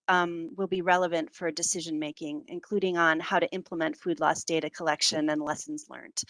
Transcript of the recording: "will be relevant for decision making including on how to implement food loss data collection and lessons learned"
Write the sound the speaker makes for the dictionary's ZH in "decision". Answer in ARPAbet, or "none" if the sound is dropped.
ZH